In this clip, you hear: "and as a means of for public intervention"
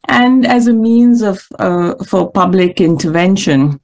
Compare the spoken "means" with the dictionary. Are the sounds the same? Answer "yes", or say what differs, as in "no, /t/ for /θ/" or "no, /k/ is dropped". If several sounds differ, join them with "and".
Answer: yes